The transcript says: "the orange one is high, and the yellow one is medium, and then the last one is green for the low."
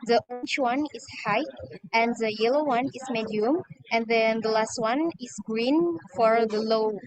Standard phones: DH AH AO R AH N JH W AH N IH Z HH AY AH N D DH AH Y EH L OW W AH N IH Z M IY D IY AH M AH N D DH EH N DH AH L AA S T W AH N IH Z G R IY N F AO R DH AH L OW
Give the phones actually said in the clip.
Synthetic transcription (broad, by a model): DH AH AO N CH W AH N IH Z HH AY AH N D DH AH Y EH L OW W AH N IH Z M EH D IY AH M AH N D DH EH N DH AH L AA S T W AH N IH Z G R IY N F AO R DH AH L OW